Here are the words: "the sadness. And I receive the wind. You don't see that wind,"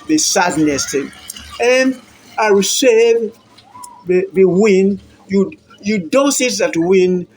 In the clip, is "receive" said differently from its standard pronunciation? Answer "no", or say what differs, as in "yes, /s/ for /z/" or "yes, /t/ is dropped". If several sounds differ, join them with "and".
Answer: yes, /w/ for /ɹ/